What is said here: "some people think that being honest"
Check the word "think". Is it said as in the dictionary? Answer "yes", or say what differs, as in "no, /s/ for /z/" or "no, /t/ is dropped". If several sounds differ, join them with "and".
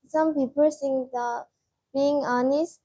no, /s/ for /θ/